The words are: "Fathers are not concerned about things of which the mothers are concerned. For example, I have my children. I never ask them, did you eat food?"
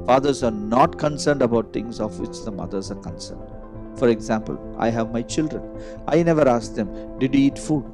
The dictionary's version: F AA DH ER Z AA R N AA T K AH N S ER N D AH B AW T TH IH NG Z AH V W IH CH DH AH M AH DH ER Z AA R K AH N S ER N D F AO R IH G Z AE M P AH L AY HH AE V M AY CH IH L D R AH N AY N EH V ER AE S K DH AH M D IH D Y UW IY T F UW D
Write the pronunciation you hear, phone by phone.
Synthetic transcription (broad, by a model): F AA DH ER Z AA R N AA T K AH N S ER N D AH B AW T T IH NG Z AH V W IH CH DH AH M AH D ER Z AA R K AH N S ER N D F AO R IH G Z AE M P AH L AY HH AE V M AY CH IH L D R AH N AY N EH V ER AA S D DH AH M D IH D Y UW IY T F UW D